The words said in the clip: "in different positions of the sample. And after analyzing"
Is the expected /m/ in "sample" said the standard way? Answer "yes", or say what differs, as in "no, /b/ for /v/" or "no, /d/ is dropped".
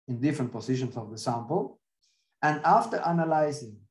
yes